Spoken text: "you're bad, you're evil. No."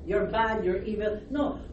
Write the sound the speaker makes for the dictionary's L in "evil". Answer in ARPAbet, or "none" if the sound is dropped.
N